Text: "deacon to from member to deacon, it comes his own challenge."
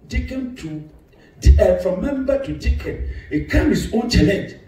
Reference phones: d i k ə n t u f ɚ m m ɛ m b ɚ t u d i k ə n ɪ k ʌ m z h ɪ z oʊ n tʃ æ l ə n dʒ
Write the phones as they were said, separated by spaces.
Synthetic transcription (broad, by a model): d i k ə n t u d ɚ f m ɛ m b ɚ t u d i k ə n ɪ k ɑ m h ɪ s oʊ n tʃ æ l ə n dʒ